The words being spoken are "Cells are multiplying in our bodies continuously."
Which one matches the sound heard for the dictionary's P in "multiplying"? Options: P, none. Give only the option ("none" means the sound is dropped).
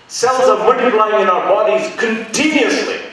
none